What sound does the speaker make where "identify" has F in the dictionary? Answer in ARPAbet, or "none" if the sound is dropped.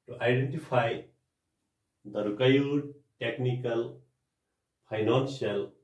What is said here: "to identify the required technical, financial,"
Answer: P